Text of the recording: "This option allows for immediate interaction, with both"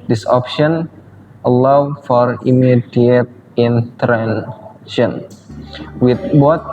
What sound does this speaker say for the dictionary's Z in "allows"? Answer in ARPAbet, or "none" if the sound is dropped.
none